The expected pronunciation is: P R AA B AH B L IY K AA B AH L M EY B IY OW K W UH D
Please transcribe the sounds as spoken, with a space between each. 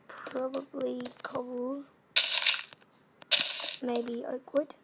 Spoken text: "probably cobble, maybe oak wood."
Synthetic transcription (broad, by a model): P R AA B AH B L IY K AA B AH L M EY B IY OW K W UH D